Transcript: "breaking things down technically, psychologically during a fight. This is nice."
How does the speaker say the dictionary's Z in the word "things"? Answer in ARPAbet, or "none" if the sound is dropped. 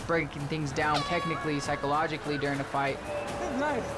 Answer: Z